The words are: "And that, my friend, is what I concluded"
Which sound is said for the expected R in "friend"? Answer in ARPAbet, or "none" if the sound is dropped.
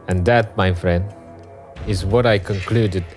R